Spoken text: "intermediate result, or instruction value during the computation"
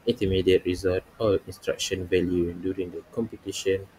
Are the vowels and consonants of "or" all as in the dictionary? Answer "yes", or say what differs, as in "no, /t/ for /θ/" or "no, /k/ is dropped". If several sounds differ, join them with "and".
no, /l/ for /ɹ/